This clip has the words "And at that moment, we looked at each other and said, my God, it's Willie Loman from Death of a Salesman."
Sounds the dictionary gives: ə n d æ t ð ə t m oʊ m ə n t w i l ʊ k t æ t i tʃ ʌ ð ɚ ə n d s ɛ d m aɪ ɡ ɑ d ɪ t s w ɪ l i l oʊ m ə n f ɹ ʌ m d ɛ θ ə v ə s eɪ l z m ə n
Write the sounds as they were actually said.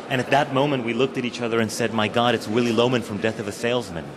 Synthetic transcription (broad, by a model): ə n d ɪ t ð ə t m oʊ m ə n t w i l ʊ k t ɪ t i tʃ ʌ ð ɚ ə n s ɛ d m aɪ ɡ ɑ d ɪ t s w ɪ l i l oʊ m ə n f ɹ ʌ m d ɛ θ ə v ə s eɪ l z m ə n